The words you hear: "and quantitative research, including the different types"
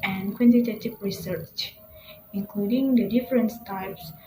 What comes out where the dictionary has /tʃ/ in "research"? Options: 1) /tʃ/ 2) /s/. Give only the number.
1